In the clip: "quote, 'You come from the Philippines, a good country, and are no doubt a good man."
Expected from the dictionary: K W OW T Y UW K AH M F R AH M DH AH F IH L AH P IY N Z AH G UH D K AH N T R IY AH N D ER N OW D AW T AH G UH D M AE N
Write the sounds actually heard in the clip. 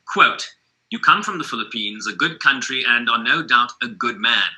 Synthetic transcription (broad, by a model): K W OW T Y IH K AH M F R AH M DH AH F IH L AH P IY N Z AH G UH D K AH N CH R IY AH N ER N OW D AW T AH G UH D M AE N